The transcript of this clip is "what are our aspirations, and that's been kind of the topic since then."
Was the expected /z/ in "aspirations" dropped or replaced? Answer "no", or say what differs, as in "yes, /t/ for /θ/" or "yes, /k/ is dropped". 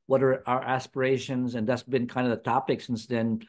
no